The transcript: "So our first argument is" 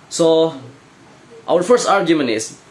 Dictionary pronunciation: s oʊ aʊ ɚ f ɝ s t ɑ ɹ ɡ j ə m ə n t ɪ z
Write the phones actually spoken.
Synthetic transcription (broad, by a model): s oʊ aʊ ɚ f ɝ s t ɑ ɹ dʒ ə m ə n ɪ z